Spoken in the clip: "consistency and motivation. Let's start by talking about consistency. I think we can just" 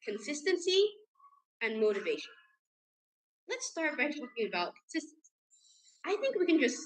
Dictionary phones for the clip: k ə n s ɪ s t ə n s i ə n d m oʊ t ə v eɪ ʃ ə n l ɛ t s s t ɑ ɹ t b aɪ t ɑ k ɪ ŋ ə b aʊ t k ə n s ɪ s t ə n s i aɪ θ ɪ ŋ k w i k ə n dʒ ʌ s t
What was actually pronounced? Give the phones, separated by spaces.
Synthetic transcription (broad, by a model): k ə n s ɪ s t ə n s i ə n m oʊ t ə v eɪ ʃ ə n l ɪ t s s t ɑ ɹ t b aɪ t ɑ k ɪ ŋ ə b aʊ t k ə n s ɪ s t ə n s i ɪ θ ɪ ŋ k w i k ə n dʒ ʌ s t